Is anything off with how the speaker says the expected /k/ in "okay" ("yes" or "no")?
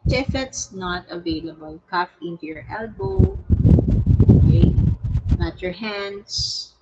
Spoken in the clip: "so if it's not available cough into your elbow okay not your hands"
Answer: yes